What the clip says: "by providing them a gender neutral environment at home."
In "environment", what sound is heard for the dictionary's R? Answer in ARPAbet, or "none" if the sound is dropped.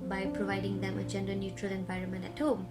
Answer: R